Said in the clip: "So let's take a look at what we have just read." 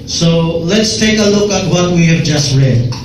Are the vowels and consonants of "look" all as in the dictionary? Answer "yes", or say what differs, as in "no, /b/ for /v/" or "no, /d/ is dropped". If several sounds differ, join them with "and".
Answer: yes